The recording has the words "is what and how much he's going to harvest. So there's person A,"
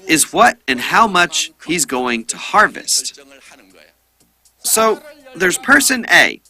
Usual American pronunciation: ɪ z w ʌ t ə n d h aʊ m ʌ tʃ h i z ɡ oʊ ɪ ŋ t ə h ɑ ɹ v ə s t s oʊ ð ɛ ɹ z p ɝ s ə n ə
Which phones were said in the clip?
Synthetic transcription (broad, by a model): ɪ z w ʌ t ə n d h aʊ m ʌ tʃ h i z ɡ oʊ ɪ ŋ t ə h ɑ ɹ v ə s t s oʊ ð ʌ ɹ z p ɝ s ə n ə